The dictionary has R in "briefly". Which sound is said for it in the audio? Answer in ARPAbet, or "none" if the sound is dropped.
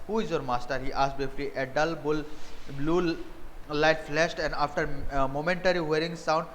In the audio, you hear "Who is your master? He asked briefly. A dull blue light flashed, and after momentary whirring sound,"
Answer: none